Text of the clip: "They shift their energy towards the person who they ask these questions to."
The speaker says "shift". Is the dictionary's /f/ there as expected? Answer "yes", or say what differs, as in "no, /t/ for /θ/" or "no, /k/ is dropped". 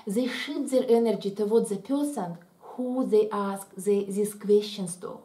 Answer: no, /f/ is dropped